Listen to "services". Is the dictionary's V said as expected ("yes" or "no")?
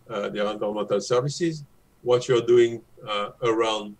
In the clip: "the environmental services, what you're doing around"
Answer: yes